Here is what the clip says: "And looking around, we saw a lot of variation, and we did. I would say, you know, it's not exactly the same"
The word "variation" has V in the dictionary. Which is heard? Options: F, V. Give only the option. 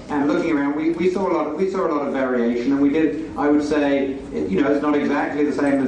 V